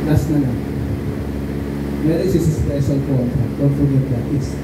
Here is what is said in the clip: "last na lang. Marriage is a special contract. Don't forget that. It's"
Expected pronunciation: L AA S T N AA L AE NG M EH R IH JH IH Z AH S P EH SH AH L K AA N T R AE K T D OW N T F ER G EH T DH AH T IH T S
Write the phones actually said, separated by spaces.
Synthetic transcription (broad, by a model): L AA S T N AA N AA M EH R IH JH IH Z AH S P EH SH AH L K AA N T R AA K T D OW N T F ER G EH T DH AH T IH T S